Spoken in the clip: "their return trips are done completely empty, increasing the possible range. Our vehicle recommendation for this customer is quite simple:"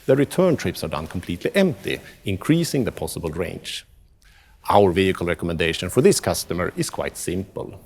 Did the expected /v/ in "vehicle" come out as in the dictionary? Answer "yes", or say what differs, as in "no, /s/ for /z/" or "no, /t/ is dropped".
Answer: yes